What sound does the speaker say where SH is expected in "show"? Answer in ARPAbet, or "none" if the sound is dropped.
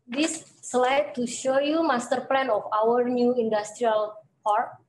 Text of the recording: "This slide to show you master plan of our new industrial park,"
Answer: SH